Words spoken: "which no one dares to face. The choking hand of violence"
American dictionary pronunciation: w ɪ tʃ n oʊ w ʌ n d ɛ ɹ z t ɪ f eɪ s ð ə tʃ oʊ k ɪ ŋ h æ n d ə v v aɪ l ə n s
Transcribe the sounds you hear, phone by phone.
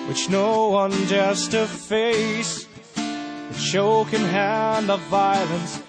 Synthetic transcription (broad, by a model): w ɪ tʃ n oʊ w ʌ n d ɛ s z t ɪ f eɪ s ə ʃ oʊ k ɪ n h æ n d ə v v aɪ l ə n s